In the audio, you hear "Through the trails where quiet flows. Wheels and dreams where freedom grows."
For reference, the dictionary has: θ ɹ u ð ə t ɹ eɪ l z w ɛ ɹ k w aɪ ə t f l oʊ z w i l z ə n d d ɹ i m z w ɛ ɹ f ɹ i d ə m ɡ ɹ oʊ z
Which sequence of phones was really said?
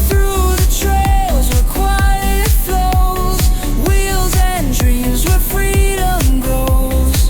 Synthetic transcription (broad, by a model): θ ɹ u ð ə t ɹ eɪ l z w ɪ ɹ k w aɪ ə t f l oʊ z w i l z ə n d d ɹ i m z w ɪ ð f ɹ i d ə m ɡ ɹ oʊ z